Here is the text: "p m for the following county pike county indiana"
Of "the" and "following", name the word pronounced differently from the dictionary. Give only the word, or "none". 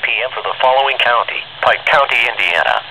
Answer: none